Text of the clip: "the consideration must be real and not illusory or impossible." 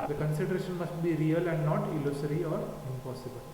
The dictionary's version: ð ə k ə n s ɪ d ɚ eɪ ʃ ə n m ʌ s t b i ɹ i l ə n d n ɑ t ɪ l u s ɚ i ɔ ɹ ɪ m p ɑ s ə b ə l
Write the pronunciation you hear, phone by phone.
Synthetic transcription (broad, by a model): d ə k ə n s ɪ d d eɪ ʃ ə n m ʌ s t b i ɹ i l ə n d n ɑ t ɪ l u s ɚ i ɔ ɹ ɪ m p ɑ s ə b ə l